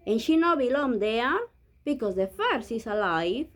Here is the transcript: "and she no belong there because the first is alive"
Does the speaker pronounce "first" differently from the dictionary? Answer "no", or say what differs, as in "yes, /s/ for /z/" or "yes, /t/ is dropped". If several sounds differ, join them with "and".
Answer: yes, /t/ is dropped